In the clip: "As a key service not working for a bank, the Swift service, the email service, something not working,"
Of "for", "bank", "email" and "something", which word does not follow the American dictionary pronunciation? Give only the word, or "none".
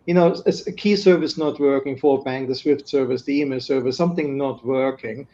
none